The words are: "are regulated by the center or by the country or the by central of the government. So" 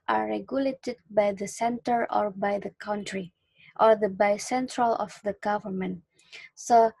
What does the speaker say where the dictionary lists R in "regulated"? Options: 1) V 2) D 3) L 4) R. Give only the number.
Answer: 4